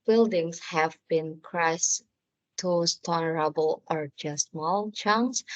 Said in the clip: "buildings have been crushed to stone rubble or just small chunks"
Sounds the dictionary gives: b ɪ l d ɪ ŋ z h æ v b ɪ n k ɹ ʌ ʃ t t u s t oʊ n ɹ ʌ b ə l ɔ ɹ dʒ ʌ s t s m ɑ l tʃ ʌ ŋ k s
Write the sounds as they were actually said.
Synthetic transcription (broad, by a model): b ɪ l d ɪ ŋ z h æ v b ɪ n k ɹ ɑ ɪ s t u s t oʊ l ɹ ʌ b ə l ɔ ɹ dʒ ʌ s s m ɑ l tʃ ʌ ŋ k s